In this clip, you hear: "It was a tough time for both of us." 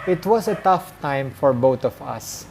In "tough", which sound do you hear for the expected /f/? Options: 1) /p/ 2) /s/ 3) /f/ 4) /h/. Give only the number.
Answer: 3